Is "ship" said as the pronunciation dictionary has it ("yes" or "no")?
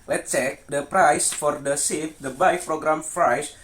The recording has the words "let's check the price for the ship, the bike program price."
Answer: no